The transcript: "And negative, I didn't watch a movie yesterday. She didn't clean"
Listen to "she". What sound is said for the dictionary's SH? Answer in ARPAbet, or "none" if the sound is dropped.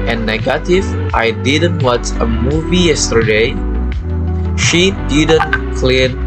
SH